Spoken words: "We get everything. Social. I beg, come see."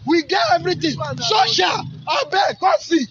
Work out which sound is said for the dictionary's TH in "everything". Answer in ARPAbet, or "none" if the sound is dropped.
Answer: T